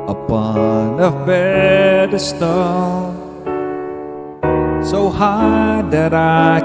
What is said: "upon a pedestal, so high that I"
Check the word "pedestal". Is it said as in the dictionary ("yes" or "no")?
no